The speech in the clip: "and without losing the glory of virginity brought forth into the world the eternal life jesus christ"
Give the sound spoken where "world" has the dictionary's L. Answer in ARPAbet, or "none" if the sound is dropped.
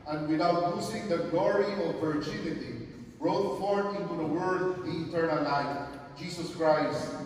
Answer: none